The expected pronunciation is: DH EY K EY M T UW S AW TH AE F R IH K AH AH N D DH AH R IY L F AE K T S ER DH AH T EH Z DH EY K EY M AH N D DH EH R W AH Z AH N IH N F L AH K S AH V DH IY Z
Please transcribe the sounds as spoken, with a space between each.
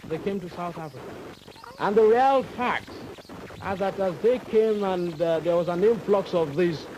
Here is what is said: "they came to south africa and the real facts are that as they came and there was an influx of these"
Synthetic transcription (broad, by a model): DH EY K EY M T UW S AW TH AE F R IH K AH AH N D DH AH R IY L F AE K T S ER DH AH T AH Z DH EY K EY M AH N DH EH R W AH Z AH N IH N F L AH K S AH V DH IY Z